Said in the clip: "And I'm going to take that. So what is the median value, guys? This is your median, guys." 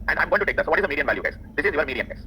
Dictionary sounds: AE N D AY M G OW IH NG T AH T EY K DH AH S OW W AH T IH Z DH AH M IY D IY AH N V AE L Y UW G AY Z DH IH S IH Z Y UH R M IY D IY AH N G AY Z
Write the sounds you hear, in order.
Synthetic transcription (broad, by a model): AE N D AY M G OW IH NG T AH T EY K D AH S OW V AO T IH Z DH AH M IY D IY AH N V AE L Y UW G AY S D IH S IH Z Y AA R M IY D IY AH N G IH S